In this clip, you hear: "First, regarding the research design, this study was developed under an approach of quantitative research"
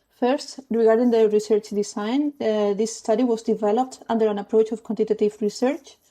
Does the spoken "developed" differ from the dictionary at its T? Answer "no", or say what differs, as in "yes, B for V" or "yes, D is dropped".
no